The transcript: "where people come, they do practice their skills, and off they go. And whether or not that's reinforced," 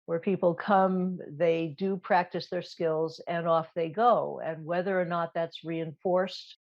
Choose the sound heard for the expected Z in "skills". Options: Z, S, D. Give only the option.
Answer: Z